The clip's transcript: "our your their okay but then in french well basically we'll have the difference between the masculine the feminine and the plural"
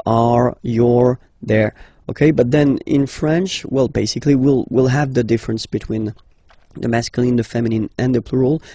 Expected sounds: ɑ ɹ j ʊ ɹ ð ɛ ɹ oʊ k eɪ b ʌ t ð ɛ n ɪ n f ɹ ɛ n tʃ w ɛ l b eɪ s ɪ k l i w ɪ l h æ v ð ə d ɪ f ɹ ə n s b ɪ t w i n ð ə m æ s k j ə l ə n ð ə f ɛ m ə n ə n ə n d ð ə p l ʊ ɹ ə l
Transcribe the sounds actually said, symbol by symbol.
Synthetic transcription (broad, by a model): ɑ ɹ j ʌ ɹ ð ɛ ɹ oʊ k eɪ b ʌ t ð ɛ n ɪ n f ɹ ɛ n tʃ w ɛ l b eɪ s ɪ k l i w ɪ l h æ v ð ə d ɪ f ɹ ə n s b ɪ t w i n ð ə m æ s k j ə l ə n ð ə f ɛ m ə n ə n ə n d ð ə p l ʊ ɹ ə l